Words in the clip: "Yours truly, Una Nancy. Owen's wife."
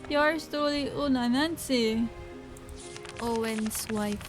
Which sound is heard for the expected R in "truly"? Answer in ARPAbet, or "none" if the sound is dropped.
none